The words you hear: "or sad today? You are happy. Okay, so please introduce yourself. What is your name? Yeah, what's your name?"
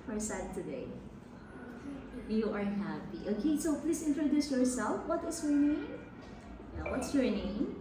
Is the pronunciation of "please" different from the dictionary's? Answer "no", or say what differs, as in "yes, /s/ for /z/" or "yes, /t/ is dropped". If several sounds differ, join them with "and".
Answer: yes, /s/ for /z/